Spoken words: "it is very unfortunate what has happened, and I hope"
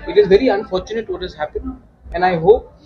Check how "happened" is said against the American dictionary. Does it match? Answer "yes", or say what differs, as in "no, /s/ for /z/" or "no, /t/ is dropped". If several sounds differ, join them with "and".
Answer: no, /d/ is dropped